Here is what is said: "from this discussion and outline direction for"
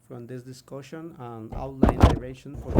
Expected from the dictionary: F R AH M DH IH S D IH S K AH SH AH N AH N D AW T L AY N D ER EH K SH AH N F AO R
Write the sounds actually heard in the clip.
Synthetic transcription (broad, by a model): F R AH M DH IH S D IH S K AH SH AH N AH N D AW T L AY N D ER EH SH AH N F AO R